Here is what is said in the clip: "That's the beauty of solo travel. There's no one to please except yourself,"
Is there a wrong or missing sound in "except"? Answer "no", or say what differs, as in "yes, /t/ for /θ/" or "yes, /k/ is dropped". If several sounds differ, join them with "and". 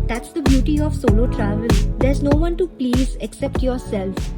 no